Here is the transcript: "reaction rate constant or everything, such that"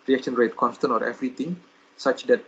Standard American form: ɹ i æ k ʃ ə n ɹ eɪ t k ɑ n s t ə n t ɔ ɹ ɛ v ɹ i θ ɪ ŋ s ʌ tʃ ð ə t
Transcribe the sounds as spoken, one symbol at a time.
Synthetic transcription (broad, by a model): ɹ i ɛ k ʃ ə n ɹ eɪ t k ɑ n s t ə n t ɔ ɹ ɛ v ɹ i t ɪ ŋ s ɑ tʃ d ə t